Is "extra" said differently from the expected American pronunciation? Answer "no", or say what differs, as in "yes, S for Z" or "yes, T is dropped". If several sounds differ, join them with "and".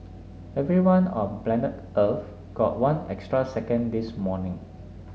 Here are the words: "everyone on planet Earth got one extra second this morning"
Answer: no